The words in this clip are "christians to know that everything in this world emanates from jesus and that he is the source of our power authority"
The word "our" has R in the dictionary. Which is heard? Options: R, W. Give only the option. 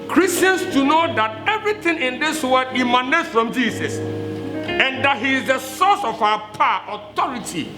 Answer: W